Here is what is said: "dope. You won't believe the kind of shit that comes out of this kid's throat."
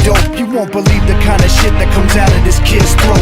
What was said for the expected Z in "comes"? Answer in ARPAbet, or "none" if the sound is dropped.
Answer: Z